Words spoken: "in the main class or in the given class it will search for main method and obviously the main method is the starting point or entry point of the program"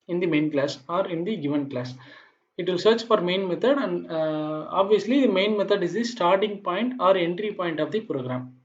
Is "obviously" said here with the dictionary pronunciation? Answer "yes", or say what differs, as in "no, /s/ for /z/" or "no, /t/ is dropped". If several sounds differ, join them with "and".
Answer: yes